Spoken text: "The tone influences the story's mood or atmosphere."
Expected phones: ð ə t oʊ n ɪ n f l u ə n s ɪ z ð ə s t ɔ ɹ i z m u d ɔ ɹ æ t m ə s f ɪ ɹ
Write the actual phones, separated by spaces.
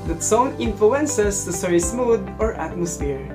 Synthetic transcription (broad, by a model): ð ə t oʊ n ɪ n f l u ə n s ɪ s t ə s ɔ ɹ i s m u d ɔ ɹ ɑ t m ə s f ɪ ɹ